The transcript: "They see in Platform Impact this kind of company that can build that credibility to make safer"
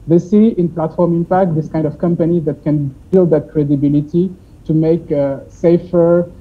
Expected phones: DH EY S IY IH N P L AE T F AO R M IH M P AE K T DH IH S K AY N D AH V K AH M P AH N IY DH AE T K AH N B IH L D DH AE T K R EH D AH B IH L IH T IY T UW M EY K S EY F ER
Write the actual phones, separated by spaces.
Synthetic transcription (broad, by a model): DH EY S IY IH N P L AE T F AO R M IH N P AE K T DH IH S K AY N D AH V K AH M P AH N IY DH AE T K AH N B IH L D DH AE T K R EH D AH B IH L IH T IY T UW M EY K S EY F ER